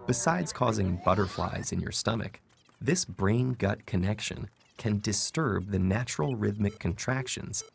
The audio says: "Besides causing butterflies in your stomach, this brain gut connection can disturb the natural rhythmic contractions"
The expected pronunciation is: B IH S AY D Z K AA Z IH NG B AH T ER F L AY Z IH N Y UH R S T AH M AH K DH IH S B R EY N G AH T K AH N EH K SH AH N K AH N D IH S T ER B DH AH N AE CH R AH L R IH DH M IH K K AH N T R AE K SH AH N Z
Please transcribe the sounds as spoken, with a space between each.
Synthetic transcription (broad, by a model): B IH S AY D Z K AA Z IH NG B AH T ER F L AY Z IH N Y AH R S T AH M AH K DH IH S B R EY N G AH T K AH N EH K SH AH N K AH N D IH S T ER B DH AH N AE CH R L R IH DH M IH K K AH N T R AE K SH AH N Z